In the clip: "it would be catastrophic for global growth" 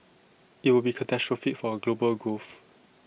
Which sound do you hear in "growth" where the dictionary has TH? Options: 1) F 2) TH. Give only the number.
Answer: 1